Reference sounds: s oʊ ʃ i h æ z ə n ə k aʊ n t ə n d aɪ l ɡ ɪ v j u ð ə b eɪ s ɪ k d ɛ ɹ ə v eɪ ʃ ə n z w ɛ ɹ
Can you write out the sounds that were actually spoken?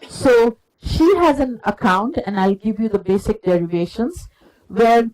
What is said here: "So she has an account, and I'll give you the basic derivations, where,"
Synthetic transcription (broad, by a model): s oʊ ʃ i h æ z ə n ə k aʊ n t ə n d aɪ l ɡ ɪ v j u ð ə b eɪ s ɪ k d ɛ ɹ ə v eɪ ʃ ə n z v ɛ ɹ